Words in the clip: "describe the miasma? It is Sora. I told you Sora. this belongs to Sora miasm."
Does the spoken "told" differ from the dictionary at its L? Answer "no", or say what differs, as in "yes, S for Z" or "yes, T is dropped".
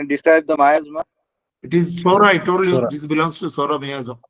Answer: yes, L is dropped